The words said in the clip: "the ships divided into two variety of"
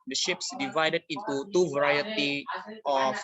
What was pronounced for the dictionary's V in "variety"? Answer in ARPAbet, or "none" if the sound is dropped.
V